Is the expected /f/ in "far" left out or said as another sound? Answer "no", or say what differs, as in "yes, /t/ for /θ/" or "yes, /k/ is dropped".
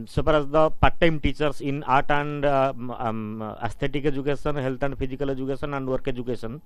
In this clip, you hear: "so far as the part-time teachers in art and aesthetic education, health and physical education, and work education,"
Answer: yes, /p/ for /f/